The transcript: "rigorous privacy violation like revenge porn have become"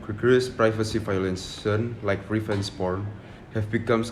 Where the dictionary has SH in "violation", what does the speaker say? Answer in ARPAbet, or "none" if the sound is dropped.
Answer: S